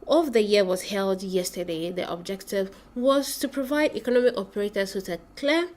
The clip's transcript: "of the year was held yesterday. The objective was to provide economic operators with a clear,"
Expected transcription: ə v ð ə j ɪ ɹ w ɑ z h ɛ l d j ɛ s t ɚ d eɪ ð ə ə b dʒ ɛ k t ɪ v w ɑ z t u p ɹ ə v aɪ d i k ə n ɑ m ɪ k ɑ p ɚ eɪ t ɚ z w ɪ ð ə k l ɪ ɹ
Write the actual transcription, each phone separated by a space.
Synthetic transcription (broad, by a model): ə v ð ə j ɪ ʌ w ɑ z h ɛ l d j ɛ s t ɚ d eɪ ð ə ə b dʒ ɛ k t ɪ v w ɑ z t u p ɹ ə v aɪ d i k ə n ɑ m ɪ k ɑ p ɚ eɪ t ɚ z w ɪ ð ə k l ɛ